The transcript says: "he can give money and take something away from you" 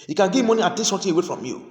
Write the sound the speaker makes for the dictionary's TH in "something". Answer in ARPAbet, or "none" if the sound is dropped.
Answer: T